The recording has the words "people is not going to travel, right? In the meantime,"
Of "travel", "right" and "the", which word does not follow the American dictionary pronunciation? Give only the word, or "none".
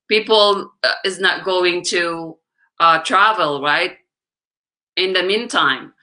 none